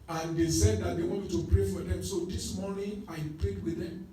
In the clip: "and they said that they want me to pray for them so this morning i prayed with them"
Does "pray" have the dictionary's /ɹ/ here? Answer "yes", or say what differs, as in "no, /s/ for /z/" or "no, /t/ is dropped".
yes